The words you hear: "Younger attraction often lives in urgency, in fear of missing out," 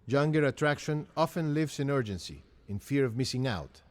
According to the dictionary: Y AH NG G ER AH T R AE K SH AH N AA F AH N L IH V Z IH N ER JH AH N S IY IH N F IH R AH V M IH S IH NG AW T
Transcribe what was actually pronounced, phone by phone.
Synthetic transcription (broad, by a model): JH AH NG G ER AH T R AE K SH AH N AA F AH N L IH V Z IH N ER JH AH N S IY IH N F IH R AH V M IH S IH NG AW T